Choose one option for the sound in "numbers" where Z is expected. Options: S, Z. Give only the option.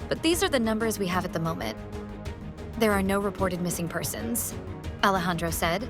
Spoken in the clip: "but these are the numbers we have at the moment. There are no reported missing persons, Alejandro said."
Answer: Z